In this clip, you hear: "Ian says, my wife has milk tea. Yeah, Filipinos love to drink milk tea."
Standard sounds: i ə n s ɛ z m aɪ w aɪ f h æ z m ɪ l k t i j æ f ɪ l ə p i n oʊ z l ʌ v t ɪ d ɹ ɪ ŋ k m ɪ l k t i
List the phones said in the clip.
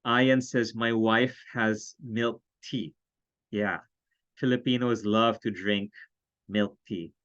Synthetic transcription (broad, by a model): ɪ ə n s ɛ z m aɪ w aɪ f h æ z m ɪ l k t i j æ f ɪ l ə p i n oʊ z l ʌ v t ɪ d ɹ ɪ ŋ k m ɪ l k t i